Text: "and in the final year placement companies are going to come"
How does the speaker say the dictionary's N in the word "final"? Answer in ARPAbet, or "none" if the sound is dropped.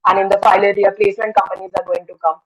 L